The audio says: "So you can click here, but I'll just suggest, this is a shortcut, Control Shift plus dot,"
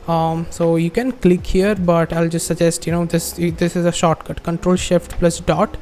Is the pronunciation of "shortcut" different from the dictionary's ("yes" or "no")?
no